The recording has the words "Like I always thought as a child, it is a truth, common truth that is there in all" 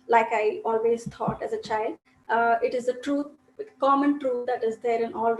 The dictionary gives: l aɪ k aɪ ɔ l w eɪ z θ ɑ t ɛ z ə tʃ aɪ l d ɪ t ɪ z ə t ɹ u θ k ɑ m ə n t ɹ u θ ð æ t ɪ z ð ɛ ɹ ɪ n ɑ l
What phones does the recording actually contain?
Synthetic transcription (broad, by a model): l aɪ k aɪ ɔ l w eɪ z t ɑ t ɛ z ə tʃ aɪ l d ɪ t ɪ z ə t ɹ u t k ɑ m ə n t ɹ u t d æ t ɪ z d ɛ ɹ ɪ n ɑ l